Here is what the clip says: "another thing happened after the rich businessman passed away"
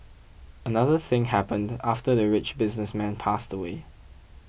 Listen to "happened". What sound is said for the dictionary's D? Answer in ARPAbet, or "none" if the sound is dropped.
D